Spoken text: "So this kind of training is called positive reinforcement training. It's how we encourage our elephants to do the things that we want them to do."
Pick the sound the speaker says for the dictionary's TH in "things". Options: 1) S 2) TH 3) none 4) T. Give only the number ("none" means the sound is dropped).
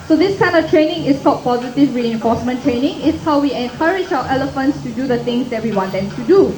4